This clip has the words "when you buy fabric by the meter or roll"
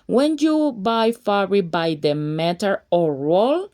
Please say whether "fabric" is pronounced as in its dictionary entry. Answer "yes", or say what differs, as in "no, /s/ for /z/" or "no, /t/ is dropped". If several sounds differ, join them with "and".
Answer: no, /b/ is dropped